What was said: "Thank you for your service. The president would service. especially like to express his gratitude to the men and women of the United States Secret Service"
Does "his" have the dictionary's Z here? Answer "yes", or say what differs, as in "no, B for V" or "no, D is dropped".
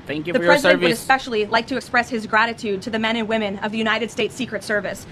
yes